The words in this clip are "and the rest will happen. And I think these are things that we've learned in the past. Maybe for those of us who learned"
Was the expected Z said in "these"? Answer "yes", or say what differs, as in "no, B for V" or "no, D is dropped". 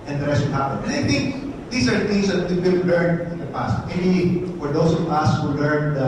no, S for Z